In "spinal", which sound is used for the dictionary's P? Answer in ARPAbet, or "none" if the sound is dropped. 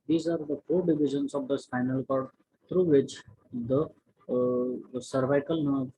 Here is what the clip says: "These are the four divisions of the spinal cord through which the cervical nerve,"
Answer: F